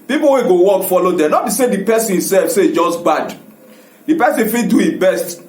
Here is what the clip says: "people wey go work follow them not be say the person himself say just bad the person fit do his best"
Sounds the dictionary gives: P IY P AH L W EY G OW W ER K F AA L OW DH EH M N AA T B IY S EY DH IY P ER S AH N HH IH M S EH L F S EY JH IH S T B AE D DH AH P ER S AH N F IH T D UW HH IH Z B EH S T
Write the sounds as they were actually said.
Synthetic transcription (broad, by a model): P IY P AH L W EY G OW W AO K F AA L OW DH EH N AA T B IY S EY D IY P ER S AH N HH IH S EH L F S EY JH IH S T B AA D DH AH P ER S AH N F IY D UW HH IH B EH S T